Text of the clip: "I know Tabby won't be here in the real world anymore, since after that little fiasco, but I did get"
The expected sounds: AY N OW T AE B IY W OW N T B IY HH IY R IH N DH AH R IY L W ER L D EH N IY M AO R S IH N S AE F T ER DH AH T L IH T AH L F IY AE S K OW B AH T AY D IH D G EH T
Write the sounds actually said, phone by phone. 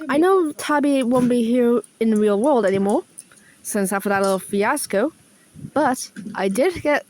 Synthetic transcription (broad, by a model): AY N OW T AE B IY W OW N B IY HH IY R IH N DH AH R IY L W ER L D EH N IY M AO R S IH N S AE F T ER DH AH T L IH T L F IY AE S K OW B AH T AY D IH D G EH T